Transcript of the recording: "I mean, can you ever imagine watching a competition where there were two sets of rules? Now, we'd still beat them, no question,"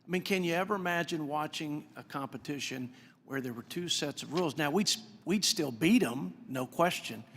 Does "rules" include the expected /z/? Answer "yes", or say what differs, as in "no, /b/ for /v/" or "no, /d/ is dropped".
yes